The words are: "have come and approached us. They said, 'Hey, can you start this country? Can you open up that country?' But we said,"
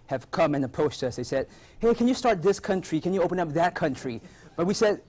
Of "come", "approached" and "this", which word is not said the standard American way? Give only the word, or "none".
approached